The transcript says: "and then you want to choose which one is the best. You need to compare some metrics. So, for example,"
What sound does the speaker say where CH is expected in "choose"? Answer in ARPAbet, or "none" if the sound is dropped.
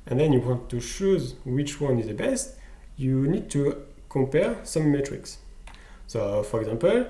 SH